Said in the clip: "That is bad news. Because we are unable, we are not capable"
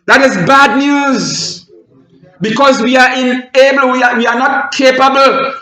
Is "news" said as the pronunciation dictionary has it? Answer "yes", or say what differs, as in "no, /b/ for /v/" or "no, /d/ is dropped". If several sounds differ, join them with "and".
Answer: yes